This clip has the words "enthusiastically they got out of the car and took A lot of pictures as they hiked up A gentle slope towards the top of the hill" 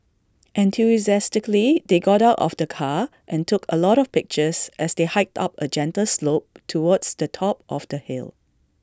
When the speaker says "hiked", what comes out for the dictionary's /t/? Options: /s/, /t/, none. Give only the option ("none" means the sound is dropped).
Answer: /t/